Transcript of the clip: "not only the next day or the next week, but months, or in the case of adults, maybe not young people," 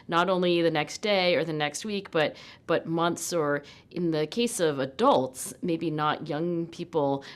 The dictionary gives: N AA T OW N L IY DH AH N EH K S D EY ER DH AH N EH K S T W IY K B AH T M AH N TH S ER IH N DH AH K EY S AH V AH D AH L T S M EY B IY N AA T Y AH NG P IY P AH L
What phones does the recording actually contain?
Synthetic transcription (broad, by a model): N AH T OW N L IY DH AH N EH K S D EY ER DH AH N EH K S T W IY K B AH T M AH N TH S ER IH N DH AH K EY S AH V AH D AH L T S M EY B IY N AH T Y AH NG P IY P L